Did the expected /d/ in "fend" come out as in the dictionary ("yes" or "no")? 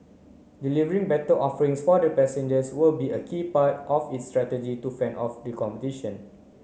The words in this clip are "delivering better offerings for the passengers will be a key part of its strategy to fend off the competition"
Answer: no